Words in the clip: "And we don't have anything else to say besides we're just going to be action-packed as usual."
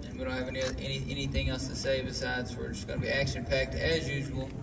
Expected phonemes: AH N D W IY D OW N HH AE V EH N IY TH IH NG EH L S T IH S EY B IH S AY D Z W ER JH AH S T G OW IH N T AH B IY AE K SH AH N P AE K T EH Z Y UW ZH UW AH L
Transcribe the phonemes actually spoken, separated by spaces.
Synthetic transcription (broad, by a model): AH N W IY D OW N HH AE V EH N IY TH IH NG EH L S T IH S EY B IH S AY D Z W ER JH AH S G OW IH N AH B IY AE K SH AH N P AE K T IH Z Y UW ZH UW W L